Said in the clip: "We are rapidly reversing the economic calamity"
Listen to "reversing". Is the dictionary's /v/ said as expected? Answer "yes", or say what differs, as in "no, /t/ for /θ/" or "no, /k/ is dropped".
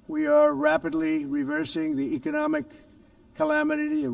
yes